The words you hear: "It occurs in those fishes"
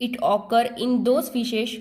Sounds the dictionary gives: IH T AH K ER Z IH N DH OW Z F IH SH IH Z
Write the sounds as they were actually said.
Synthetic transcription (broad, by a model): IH T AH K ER IH N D OW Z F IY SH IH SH